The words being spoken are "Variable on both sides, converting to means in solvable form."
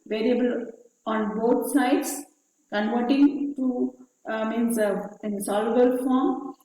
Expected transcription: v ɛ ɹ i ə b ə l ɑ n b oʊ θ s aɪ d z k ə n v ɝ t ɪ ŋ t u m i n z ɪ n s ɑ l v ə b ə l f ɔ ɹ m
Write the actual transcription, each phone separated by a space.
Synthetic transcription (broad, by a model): v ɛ ɹ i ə b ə l ɑ n b oʊ t s aɪ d s k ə n v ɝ t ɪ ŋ t u m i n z ɪ n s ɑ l ə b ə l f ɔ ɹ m